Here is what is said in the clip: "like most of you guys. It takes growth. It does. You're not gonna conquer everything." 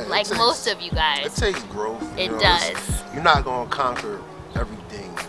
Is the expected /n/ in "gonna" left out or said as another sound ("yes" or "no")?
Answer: yes